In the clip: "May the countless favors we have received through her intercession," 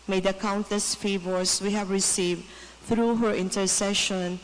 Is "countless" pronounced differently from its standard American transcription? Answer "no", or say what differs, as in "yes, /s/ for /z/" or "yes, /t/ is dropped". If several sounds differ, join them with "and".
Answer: yes, /l/ is dropped